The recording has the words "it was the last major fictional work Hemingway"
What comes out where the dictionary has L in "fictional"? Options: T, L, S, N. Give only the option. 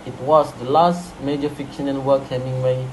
N